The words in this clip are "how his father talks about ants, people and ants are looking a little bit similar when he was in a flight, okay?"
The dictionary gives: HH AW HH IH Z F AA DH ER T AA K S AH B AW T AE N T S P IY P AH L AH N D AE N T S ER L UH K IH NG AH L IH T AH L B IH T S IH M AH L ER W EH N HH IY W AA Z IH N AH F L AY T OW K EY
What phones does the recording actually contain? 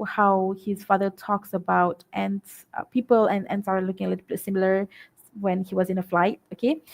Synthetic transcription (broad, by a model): HH AW HH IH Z F AA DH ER T AA K S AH B AW T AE N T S P IY P AH L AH N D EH N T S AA L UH K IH NG AH L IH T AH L B IH T S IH M L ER W EH N HH IY W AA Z IH N AH F L AY T OW K EY